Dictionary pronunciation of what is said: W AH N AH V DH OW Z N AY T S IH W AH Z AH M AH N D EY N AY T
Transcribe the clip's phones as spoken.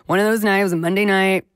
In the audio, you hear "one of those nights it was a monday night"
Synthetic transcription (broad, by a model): W AH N AH V DH OW Z N AY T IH W AH Z AH M AH N D EY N AY T